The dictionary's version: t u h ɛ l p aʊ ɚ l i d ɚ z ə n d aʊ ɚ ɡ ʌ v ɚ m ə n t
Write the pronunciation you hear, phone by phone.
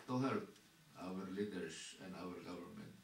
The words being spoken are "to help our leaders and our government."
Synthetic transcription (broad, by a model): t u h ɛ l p aʊ ɚ l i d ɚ s ə n d aʊ ɚ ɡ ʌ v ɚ m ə n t